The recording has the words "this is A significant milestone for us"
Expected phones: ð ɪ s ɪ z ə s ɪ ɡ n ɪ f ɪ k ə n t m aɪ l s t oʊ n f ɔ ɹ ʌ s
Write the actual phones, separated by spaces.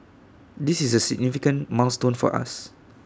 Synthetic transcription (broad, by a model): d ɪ s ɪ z ə s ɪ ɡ n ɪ f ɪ k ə n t m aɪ s t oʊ n f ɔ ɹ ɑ s